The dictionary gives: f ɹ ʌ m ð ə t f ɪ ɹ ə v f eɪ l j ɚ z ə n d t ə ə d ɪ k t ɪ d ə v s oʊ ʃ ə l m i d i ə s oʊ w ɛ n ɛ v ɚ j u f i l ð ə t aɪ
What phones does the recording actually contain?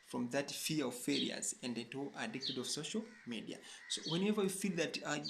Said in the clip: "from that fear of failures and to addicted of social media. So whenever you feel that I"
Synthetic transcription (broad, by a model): f ɹ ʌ m ð ə t f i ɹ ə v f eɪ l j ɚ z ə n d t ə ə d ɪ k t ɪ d ə v s oʊ ʃ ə l m i d i ə s oʊ w ɛ n ɛ v ɚ j u f i l ð ə t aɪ